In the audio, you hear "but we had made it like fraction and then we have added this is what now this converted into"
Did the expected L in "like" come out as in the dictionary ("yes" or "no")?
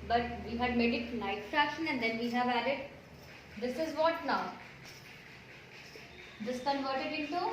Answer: no